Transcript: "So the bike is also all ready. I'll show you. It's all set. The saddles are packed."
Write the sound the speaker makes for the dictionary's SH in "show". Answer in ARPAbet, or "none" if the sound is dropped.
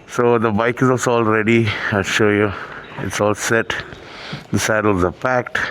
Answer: SH